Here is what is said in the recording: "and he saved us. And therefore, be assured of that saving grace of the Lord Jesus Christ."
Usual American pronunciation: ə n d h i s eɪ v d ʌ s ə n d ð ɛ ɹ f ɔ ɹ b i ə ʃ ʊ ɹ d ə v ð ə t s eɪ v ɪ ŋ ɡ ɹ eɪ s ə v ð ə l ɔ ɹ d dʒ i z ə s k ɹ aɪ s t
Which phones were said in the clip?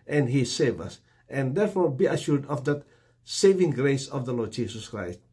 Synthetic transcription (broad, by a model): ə n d h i s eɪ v ʌ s ə n d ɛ ɹ f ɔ ɹ b i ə ʃ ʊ ɹ d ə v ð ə t s eɪ v ɪ ŋ ɡ ɹ eɪ s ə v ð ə l ɔ ɹ d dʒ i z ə s k ɹ aɪ s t